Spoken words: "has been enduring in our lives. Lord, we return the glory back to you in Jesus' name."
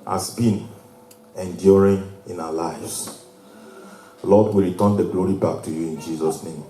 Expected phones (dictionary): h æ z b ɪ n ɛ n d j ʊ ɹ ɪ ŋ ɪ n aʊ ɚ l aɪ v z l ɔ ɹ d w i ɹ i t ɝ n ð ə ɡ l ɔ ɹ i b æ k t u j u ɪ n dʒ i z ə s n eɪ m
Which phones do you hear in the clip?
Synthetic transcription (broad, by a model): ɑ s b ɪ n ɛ n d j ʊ ɹ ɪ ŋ ɪ n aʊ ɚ l aɪ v s l ɔ d w i ɹ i t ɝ n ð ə ɡ l ɔ ɹ i b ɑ k t u j u ɪ n dʒ i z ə s n eɪ m